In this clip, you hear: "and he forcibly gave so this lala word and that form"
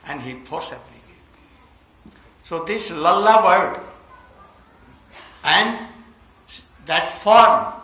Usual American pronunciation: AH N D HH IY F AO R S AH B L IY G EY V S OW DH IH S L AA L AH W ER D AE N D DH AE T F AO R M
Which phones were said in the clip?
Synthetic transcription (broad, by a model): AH N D HH IY P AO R S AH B L IY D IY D S OW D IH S L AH L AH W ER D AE N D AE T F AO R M